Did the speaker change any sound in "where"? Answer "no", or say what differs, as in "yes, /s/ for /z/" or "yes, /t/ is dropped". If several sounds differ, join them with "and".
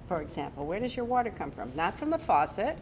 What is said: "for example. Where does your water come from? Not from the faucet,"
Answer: no